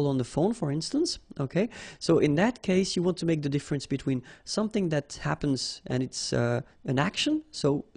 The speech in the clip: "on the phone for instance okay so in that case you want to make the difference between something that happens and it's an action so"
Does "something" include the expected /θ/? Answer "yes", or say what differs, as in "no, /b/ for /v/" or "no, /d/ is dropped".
yes